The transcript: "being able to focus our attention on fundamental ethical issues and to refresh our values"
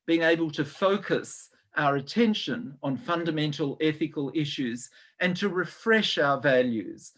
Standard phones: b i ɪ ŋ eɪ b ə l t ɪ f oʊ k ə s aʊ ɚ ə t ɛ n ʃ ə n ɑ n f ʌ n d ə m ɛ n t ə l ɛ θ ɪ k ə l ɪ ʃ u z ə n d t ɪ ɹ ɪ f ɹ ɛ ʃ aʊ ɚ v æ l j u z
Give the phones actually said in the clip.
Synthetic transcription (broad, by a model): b i ɪ ŋ eɪ b ə l t ɪ f oʊ k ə s aʊ ɚ ə t ɛ n ʃ ə n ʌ n f ʌ n d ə m ɛ n t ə l ɛ θ ɪ k ə l ɪ ʃ u z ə n t ɪ ɹ ɪ f ɹ ɛ ʃ aʊ ɚ v æ l j u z